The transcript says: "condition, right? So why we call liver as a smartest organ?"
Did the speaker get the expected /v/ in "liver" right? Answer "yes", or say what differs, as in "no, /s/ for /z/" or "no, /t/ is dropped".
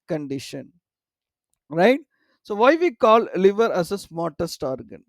yes